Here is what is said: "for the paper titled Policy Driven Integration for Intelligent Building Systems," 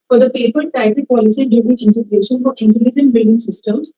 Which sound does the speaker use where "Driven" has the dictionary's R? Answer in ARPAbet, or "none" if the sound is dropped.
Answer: none